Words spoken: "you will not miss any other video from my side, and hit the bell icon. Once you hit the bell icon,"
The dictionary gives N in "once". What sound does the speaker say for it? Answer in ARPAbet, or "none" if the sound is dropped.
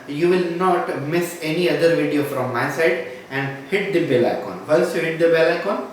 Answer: L